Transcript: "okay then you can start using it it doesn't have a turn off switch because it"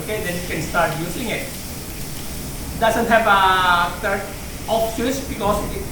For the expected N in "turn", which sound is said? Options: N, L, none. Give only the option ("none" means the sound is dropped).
none